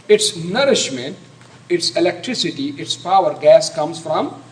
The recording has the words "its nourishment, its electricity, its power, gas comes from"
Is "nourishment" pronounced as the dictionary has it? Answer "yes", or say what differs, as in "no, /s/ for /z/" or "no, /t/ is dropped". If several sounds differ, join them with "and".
yes